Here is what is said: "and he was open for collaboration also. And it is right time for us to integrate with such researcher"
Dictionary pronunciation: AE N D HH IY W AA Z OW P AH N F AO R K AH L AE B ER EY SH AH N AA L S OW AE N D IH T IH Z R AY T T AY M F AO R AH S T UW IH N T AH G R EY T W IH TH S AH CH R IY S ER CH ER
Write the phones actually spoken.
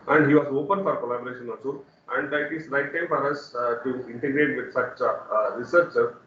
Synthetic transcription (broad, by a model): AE N D HH IY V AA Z OW P AH N F AO R K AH L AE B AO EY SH AH N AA S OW AE N D IH T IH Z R AY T T AY M F AO R AH S T UW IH N T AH G R EY T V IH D S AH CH R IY S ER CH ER